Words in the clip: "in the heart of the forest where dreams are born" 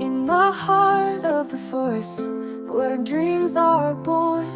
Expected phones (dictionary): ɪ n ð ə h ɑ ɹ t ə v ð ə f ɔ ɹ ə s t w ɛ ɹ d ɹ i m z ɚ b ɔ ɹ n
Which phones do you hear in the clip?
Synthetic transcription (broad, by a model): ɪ n ð ə h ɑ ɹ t ə v ð ə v ɔ ə s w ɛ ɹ d ɹ i m z ɚ b ɔ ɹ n